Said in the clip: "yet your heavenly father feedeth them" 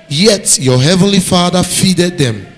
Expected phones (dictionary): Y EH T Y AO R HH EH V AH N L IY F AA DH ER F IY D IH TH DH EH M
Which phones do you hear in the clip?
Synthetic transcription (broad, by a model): Y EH T Y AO HH EH V AH N L IY F AA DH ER F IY D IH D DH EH M